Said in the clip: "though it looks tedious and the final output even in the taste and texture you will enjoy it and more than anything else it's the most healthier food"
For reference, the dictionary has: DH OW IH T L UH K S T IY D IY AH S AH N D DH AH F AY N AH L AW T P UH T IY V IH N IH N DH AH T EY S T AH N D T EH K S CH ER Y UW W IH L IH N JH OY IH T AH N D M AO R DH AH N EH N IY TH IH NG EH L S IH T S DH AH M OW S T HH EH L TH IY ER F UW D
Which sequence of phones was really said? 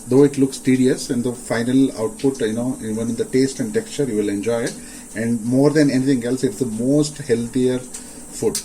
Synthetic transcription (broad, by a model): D OW IH T L UH K S T IY D IY AH S AH N D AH F AY N AH L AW T P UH T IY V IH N IH N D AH T EY S T AH N D T EH K S CH ER Y UW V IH L IH N JH OY IH T AH N D M AO R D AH N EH N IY T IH NG EH L S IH T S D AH M OW S T HH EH L T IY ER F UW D